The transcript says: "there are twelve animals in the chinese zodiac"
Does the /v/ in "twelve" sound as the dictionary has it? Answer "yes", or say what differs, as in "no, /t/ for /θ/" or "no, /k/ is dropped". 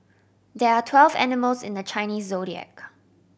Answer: yes